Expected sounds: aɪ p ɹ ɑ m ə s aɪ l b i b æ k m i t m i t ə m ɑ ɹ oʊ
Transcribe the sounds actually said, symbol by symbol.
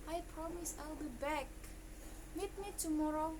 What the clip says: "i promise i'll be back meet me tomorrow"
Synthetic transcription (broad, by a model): aɪ p ɹ ɑ m ə s aɪ l b i b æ k m i t m i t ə m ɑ ɹ oʊ